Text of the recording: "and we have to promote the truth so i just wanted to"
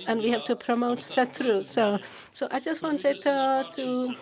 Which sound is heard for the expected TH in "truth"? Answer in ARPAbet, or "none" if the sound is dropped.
S